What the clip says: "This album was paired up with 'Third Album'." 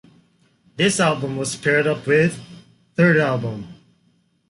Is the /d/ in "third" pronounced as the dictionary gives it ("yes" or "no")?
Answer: yes